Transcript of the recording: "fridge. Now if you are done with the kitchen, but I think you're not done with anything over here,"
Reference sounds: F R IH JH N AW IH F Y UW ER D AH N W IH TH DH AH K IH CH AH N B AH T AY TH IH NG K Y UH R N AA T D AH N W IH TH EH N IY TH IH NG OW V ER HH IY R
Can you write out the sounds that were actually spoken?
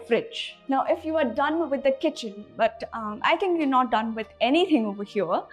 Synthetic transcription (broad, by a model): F R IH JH N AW IH F Y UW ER D AH N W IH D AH K IH CH AH N B AH T AY T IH NG K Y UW N AA T D AH N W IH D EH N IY T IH NG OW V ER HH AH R